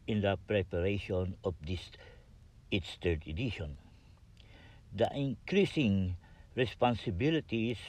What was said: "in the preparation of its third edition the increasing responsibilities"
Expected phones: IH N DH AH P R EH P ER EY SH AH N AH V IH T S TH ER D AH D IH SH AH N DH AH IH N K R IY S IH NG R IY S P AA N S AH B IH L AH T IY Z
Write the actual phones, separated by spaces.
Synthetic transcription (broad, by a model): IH N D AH P R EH P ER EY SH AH N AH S IH T S T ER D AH D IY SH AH N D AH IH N K R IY S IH NG R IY S P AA N S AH B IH L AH T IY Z